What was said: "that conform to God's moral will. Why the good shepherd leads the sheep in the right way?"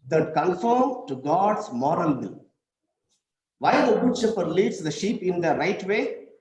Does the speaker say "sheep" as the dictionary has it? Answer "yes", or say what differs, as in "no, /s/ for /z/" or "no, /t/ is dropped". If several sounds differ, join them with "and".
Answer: yes